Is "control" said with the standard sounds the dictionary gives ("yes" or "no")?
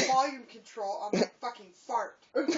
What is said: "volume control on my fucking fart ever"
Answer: yes